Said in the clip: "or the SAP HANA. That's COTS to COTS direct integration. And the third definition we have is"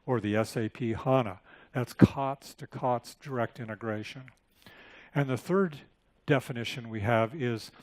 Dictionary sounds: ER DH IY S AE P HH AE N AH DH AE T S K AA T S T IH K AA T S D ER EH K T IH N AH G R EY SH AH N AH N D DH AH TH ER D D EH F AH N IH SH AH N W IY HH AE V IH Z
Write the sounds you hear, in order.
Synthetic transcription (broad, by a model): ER DH IY S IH P HH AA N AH DH AE T S K AA T S T IH K AA T S D ER EH K T IH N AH G R EY SH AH N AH N DH AH TH ER D D EH F AH N IH SH AH N W IY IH V IH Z